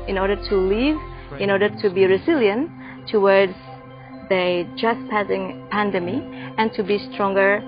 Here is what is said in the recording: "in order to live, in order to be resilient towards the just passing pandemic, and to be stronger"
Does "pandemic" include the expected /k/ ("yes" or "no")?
no